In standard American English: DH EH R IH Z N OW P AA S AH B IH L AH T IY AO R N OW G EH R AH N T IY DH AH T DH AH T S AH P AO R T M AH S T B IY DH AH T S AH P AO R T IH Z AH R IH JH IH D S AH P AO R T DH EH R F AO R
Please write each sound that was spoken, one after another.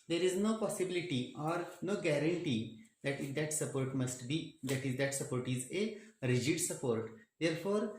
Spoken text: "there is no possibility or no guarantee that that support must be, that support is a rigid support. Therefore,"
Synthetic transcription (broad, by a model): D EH R IH Z N OW P AA S AH B IH L AH T IY AO R N OW G EH R AH N T IY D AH T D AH T S AH P AO R T M AH S T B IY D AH T S AH P AO R T IH Z AH R IH JH IH D S AH P AO R T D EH R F AO R